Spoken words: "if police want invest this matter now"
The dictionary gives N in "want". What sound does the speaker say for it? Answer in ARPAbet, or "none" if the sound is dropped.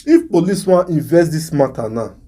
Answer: none